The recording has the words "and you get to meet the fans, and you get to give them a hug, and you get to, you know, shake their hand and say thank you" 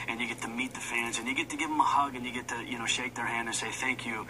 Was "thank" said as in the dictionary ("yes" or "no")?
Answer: yes